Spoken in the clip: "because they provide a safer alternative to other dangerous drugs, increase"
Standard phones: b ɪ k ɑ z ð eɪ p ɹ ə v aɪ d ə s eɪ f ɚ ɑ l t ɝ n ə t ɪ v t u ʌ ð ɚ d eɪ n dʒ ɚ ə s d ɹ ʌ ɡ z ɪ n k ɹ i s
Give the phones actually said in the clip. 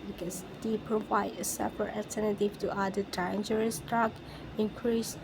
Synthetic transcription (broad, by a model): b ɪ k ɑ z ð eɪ p ɹ ə v aɪ d ə s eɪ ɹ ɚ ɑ l t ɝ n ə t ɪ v t u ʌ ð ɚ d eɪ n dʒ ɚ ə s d ɹ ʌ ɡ ɪ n k ɹ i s